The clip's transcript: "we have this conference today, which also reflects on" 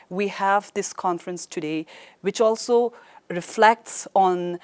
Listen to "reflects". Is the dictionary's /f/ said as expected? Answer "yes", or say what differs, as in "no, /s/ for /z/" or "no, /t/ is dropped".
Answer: yes